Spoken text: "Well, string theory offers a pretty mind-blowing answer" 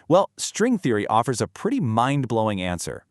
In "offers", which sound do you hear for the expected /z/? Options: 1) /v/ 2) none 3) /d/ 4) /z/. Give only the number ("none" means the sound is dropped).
4